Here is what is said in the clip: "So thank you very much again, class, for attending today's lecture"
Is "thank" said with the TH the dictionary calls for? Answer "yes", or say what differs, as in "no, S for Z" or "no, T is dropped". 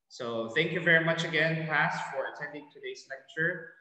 yes